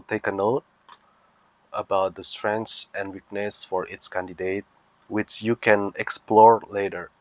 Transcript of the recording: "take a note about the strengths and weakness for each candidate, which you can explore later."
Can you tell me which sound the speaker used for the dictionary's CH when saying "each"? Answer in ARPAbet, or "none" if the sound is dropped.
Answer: S